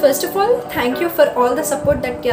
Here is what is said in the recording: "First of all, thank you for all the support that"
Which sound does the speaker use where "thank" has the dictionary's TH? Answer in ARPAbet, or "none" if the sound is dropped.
T